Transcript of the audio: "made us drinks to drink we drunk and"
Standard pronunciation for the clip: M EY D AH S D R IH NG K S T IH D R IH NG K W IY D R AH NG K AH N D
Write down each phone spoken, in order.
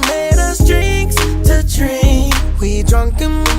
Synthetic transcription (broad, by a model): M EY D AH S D R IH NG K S T IH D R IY W IY D R AH NG K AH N